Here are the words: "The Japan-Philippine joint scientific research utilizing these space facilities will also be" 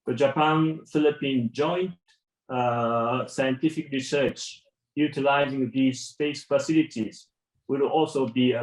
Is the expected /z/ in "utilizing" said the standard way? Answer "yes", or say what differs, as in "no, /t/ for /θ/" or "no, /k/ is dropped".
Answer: yes